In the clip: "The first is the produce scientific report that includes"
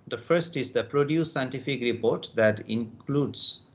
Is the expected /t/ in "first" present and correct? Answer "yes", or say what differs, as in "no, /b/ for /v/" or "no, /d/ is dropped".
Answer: yes